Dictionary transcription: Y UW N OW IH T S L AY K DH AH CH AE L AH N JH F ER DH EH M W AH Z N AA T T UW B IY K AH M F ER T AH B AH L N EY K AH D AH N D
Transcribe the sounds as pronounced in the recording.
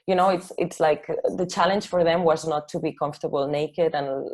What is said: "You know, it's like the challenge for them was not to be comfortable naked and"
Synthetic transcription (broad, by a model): Y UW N OW IH T S L AY K DH AH CH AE L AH N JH F ER DH EH M W AH Z N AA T T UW B IY K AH M F T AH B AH L N EY K AH D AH N